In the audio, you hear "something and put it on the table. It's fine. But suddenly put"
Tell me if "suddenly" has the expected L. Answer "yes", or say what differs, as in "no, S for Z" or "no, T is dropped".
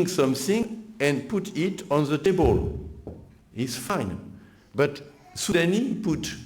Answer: no, L is dropped